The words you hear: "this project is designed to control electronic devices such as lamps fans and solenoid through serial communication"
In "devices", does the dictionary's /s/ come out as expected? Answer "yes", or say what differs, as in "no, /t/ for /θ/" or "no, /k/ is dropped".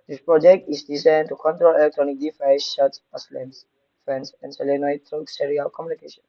no, /ʃ/ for /s/